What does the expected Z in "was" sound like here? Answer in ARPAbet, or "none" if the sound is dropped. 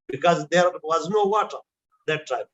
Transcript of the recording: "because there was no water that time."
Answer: Z